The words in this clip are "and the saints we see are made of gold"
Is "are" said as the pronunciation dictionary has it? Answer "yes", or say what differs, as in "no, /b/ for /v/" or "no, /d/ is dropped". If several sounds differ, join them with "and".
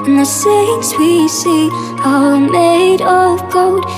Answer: no, /l/ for /ɹ/